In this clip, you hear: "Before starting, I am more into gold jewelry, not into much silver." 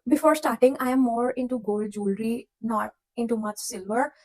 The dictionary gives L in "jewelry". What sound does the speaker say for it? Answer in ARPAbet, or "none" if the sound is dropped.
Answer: L